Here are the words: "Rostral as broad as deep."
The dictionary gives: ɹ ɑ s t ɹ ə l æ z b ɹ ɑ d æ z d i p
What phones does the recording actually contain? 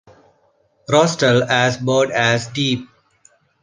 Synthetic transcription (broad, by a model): ɹ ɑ s t ə l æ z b ɑ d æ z d i p